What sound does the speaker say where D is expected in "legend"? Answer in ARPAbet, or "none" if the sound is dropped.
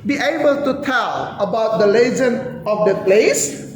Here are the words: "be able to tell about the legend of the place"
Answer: none